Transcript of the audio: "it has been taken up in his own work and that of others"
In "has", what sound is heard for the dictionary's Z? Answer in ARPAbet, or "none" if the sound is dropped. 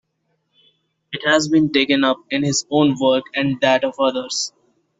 Z